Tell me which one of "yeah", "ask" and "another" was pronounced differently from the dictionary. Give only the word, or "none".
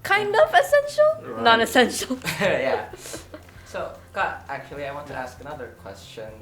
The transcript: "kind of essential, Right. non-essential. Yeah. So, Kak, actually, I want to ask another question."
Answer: none